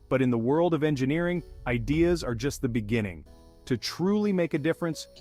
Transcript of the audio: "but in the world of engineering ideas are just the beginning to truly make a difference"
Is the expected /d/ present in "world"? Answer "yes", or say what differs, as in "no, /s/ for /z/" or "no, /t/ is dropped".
yes